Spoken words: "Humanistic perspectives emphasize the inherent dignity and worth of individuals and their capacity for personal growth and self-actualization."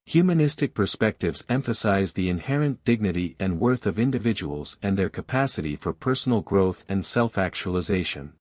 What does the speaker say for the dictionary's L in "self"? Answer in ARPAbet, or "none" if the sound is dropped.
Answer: L